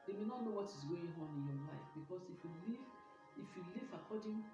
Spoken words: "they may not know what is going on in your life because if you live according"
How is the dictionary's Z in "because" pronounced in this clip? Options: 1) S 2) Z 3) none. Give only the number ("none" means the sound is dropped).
1